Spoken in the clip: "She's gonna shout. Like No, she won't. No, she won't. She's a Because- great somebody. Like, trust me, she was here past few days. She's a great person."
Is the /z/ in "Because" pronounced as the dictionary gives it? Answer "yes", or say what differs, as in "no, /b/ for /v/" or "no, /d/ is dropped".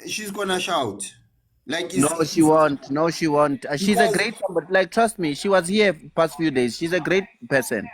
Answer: no, /z/ is dropped